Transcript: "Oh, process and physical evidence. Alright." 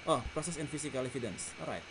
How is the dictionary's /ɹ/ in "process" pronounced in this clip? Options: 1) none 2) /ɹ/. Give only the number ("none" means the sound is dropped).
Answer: 2